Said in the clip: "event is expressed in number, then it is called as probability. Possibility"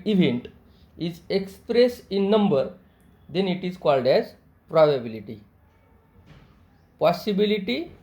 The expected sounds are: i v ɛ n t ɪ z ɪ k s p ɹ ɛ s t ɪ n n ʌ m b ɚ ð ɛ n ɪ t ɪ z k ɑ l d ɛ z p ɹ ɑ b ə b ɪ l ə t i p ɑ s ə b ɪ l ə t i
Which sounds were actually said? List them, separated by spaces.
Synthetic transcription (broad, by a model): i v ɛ n t ɪ z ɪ k s p ɹ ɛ s ɪ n n ʌ m b ɚ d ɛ n ɪ t ɪ z k ɑ l d ɛ z p ɹ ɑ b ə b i l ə t i p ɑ s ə b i l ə t i